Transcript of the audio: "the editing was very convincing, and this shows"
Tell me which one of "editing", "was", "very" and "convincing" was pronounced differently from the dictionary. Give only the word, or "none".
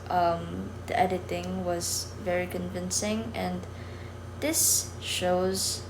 none